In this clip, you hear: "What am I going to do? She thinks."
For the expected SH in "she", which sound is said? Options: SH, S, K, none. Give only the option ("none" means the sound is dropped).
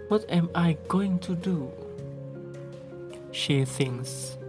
SH